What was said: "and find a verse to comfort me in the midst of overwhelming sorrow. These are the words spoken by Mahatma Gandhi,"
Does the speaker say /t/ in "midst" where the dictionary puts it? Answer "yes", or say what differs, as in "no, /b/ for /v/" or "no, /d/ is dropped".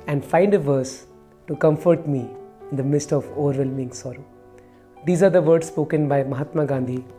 yes